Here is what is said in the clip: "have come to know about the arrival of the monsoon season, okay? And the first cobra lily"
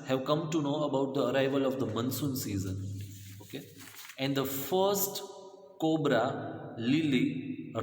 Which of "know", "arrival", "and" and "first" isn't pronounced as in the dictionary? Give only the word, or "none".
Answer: none